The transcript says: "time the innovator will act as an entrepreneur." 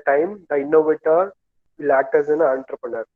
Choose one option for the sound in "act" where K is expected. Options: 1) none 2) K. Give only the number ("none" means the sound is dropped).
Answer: 1